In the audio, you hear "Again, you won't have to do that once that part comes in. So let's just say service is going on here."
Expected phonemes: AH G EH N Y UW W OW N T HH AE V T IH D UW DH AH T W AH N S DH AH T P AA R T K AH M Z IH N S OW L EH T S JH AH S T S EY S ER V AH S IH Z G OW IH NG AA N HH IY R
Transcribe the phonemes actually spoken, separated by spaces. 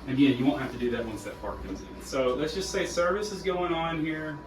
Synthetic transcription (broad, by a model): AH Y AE Y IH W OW N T HH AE F T IH D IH DH AH T W AH N S DH AH T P AA R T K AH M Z IH N S OW L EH T S JH AH S T S EY S ER V AH S IH Z G OW IH NG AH N HH IY R